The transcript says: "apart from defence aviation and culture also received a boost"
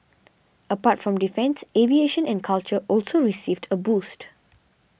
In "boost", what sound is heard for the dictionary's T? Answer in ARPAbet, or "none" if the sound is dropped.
T